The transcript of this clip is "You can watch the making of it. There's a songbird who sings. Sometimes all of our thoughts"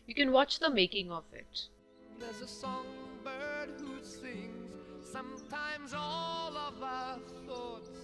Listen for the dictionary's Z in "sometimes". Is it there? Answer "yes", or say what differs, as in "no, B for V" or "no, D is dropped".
yes